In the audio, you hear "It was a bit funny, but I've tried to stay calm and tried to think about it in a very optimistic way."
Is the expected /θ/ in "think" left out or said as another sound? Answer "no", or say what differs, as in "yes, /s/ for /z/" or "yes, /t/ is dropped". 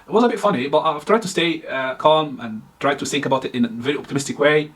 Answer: no